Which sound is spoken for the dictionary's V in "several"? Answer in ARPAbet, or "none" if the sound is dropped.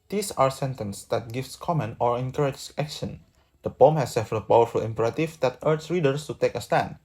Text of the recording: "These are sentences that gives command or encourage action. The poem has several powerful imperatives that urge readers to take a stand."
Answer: F